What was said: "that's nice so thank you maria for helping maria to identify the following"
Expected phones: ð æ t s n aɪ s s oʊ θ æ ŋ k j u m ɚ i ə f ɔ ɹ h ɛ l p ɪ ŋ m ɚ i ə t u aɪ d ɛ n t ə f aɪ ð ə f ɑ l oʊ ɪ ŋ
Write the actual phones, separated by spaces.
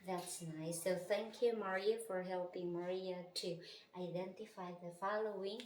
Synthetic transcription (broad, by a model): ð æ t s n aɪ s s oʊ θ æ ŋ k j u m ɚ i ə f ɔ ɹ h ɛ l p ɪ ŋ m ɚ i ə t u aɪ d ɛ n t ə f aɪ ð ə f ɑ l oʊ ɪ ŋ